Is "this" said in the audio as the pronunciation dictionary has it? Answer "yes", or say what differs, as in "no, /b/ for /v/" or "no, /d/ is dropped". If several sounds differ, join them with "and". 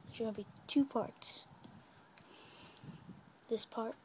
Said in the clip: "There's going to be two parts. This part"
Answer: yes